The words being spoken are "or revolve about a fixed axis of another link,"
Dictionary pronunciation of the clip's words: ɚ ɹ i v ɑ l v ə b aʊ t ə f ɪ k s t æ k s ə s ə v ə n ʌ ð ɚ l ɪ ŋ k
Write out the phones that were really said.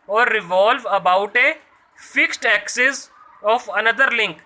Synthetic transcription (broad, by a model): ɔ ɹ i v ɑ l v ə b aʊ t ə f ɪ k s t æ k s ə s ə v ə n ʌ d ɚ l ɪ ŋ k